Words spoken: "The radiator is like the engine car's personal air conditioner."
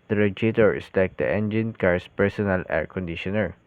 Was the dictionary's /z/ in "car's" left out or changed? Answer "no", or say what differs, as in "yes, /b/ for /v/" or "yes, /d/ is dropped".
yes, /s/ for /z/